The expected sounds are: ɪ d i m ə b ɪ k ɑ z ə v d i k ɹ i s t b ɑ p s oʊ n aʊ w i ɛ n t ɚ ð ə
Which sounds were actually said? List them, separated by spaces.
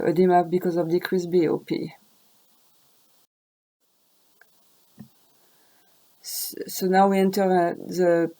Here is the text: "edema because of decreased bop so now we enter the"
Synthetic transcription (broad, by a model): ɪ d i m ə b ɪ k ɑ z ə v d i k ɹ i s b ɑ p s oʊ n aʊ w i ɛ n t ɚ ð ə